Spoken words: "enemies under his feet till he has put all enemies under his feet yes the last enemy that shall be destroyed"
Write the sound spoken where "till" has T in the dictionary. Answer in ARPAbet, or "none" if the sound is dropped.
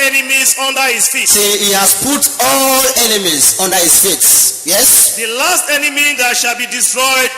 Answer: S